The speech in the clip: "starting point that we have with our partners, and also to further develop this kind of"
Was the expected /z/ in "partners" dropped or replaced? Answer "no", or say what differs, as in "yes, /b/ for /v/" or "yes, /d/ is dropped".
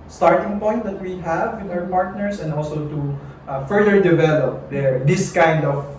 yes, /s/ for /z/